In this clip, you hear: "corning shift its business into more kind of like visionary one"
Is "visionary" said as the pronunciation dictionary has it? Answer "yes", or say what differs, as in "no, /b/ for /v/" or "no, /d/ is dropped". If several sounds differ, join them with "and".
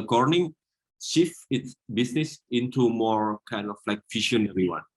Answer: no, /f/ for /v/ and /ʃ/ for /ʒ/